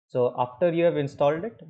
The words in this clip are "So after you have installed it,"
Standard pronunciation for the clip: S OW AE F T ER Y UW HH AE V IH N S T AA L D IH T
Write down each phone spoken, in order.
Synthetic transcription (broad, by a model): S OW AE F T ER Y UW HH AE V IH N S T AA L D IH T